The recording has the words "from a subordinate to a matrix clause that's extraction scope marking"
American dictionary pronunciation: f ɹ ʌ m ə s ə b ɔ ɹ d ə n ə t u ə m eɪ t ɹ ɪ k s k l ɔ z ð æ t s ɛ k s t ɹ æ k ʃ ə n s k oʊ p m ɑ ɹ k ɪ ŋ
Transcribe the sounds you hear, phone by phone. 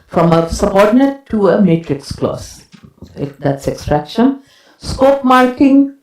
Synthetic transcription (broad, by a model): f ɹ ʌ m ə s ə b ɔ ɹ d n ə t u ə m eɪ t ɹ ɪ k s k l ɔ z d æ t s ɛ k s t ɹ æ k ʃ ə n s k oʊ p m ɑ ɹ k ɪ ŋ